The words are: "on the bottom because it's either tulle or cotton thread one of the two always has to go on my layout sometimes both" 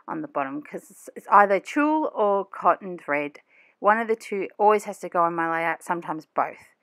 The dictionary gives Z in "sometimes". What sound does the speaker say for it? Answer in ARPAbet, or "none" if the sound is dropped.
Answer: Z